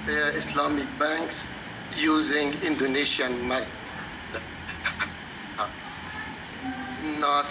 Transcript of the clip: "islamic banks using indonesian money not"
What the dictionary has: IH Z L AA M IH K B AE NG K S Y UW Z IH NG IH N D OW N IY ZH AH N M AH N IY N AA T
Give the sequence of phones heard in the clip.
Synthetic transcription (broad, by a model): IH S L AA M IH K B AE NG K S Y UW Z IH NG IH N D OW N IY SH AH N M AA IY N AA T